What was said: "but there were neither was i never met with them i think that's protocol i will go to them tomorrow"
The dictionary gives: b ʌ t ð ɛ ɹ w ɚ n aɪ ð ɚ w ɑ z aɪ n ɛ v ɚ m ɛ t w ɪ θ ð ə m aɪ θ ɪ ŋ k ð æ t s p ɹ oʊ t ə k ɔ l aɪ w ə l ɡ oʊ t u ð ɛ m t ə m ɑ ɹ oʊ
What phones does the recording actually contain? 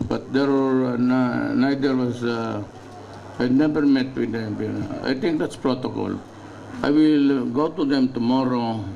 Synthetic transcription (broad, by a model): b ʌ t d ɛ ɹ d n n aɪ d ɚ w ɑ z aɪ n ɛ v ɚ m ɛ t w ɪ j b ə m aɪ t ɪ ŋ k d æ t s p ɹ oʊ t ə k ɔ l aɪ w ə l ɡ oʊ t u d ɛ m t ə m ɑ ɹ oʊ